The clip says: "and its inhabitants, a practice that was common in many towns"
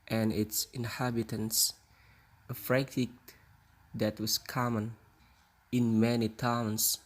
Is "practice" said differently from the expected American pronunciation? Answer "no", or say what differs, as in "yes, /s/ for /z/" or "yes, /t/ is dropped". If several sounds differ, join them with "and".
yes, /f/ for /p/